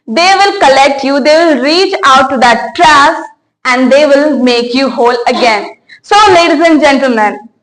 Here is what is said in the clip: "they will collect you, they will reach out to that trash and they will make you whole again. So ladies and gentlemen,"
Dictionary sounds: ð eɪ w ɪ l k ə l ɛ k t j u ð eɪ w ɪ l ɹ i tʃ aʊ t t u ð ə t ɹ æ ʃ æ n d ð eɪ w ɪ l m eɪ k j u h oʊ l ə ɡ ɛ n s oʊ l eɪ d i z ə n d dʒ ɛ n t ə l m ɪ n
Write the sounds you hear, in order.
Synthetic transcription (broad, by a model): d eɪ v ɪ l k ə l ɛ k t j u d eɪ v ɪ l ɹ i tʃ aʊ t t u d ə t ɹ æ s æ n d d eɪ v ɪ l m eɪ k j u h oʊ l ə ɡ ɛ n s oʊ l eɪ d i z ə n d dʒ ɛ n t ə l m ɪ n